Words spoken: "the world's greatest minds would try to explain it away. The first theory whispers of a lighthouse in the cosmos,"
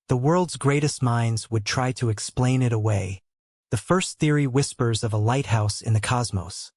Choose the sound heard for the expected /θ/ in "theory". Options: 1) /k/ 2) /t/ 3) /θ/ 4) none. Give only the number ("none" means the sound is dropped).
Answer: 3